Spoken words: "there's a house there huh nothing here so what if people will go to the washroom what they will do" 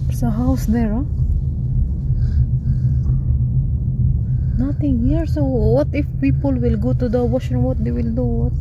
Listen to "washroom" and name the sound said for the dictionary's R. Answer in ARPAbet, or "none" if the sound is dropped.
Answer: none